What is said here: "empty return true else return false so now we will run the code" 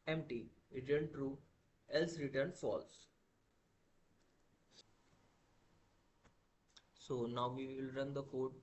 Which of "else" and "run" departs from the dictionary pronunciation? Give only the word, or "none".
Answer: none